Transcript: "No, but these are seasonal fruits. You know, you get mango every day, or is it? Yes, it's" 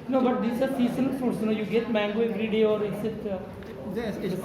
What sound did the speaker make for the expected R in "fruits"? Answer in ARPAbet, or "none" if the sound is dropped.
none